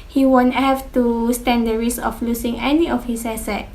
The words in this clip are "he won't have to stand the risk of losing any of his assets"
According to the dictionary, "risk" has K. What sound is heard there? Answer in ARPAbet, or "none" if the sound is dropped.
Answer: none